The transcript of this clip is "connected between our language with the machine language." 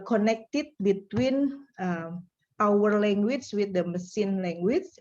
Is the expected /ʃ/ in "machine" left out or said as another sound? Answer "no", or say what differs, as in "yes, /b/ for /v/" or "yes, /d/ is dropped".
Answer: yes, /s/ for /ʃ/